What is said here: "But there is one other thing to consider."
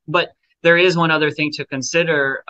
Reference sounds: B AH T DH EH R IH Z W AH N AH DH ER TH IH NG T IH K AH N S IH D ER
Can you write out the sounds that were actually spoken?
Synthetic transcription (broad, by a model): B AH T DH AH R IH Z W AH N AH DH ER TH IH NG T IH K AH N S IH D ER